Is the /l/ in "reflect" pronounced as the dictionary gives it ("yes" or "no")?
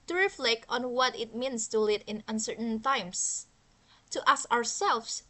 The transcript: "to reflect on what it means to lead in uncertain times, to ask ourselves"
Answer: yes